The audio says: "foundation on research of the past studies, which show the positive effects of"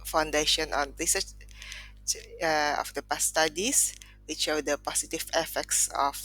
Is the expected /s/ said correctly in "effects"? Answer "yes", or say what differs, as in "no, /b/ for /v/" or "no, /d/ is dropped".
yes